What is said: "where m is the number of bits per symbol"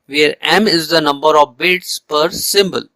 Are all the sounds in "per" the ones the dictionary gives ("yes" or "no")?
yes